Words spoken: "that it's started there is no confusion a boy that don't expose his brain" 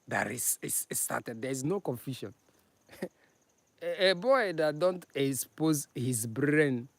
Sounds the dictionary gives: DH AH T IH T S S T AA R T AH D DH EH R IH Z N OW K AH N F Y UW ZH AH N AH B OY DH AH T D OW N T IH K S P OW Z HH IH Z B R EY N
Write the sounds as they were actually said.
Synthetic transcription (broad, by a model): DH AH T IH S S S T AA T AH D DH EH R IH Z N OW K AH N F Y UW SH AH N AH B OY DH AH T D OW N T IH K S P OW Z HH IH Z B R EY N